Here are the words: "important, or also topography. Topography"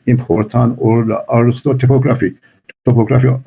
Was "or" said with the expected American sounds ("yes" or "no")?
no